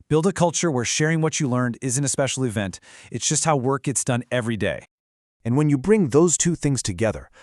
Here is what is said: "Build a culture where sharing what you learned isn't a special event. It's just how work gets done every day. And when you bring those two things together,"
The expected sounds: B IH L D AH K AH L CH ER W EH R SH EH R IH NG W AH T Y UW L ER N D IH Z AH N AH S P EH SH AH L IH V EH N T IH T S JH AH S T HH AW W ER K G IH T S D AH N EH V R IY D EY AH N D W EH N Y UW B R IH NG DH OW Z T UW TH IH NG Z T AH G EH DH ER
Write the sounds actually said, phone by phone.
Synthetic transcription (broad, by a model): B IH L D AH K AH L CH ER W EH R SH EH R IH NG W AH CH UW L ER N D IH Z AH N AH S P EH SH L IH V EH N T IH T S JH AH S T HH AW W ER K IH T S D AH N EH V R IY D EY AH N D W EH N Y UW B R IH NG DH OW Z T UW TH IH NG Z T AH G EH DH ER